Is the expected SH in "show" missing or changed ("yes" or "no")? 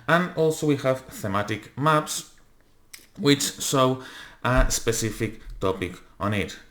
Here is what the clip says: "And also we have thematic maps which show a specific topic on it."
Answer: yes